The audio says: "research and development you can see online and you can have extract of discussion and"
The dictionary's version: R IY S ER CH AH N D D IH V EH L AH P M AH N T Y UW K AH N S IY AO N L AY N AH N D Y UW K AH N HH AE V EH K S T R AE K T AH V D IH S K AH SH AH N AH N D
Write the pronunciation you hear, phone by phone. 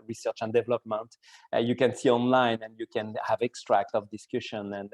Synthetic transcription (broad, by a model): R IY S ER CH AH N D D IH V EH L AH P M AH N T Y UW K AH N S IY AO N L AY N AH N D Y UW K AH N HH AE V EH K S T R AE K T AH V D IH S K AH SH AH N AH N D